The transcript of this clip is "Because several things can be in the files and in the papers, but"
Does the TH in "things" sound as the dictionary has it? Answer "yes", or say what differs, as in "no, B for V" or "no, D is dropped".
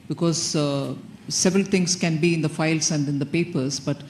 no, T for TH